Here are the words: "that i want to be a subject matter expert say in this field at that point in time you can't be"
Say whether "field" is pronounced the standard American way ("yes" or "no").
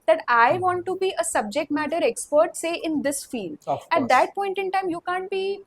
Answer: no